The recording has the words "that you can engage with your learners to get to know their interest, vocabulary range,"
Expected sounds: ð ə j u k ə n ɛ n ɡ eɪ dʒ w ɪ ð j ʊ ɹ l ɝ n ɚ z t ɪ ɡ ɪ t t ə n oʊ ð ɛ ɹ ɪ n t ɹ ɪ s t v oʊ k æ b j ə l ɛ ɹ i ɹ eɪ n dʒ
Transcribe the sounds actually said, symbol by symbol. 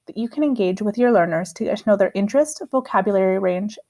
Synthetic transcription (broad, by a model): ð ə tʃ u k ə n ɛ n ɡ eɪ dʒ w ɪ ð j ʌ ɹ l ɝ n ɚ z t ɪ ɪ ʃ n oʊ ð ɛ ɹ ɪ n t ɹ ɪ s t v oʊ k æ b j ə l ɛ ɹ i ɹ eɪ n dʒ